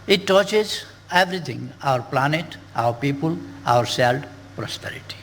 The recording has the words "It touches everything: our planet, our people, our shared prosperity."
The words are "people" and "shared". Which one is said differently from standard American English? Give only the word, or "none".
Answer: shared